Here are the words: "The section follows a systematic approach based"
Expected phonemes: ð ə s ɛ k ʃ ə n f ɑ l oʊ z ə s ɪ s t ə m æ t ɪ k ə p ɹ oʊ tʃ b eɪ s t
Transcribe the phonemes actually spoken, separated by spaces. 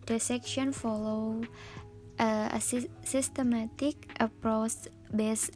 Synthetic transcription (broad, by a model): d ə s ɛ k ʃ ə n f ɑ l oʊ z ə s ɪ s t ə m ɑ t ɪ k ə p ɹ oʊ s b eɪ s